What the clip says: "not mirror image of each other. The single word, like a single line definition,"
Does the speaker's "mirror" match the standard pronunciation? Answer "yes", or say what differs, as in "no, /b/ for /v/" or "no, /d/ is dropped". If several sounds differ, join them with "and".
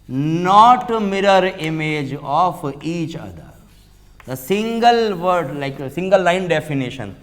yes